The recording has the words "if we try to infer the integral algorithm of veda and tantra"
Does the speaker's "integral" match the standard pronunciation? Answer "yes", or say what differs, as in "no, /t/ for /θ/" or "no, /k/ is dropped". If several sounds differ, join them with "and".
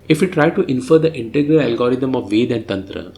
yes